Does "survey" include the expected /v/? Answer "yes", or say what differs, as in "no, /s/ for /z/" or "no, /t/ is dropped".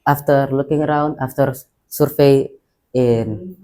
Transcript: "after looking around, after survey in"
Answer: no, /f/ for /v/